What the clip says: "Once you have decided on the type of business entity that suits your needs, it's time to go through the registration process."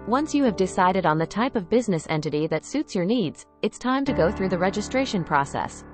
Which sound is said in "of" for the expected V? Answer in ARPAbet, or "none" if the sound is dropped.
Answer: V